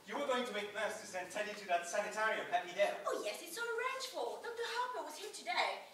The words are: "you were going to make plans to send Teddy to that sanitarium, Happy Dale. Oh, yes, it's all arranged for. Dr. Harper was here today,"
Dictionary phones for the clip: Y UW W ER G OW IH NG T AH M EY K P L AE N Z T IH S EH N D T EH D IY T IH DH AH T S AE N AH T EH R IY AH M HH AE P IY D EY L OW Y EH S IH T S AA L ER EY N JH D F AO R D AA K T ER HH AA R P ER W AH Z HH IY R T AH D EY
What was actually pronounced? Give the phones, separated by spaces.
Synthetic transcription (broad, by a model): Y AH W ER G OW IH NG T AH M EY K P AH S T IH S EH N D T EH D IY T IH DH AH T S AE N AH T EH R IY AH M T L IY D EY OW Y EH S IH T S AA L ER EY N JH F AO L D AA K T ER HH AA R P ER W AH Z HH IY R T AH D EY